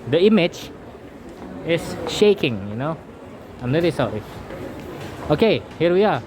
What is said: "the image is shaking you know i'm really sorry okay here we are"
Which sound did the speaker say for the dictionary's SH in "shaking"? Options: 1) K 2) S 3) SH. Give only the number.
3